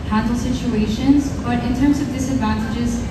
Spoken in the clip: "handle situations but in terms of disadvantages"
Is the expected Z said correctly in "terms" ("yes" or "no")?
yes